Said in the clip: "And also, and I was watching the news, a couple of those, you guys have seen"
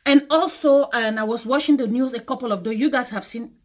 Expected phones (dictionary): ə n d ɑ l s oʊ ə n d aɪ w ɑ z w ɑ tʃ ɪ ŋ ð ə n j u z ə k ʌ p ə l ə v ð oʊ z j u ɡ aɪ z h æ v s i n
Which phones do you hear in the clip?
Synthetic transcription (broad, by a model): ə n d ɑ l s oʊ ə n aɪ w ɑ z w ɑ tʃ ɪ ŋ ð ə n j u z ə k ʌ p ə l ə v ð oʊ j u ɡ aɪ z h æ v s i n